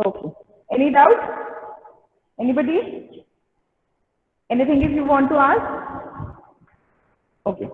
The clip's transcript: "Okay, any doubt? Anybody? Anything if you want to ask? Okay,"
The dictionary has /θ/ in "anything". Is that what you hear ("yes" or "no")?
no